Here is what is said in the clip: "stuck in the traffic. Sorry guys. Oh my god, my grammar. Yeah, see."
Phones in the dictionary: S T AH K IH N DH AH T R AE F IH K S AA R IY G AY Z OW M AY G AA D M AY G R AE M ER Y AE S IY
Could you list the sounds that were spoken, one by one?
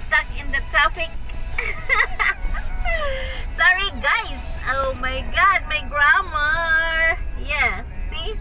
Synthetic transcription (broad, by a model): S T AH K IH N DH AH T AA P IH K S AA R IY G AY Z OW M AY G AA D M AY G R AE M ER Y AE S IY